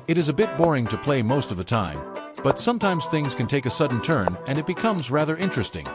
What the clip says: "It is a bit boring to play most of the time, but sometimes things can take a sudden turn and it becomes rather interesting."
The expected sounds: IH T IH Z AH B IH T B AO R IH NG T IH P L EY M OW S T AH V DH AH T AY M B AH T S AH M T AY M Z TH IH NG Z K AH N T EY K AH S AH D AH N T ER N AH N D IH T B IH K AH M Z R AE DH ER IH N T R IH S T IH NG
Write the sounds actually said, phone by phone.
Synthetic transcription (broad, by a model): IH T IH Z AH B IH T B AO R IH NG T IH P L EY M OW S T AH V DH AH T AY M B AH T S AH M T AY M Z TH IH NG Z K AH N T EY K AH S AH D N T ER N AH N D IH T B IH K AH M Z R AE DH ER IH N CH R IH S T IH NG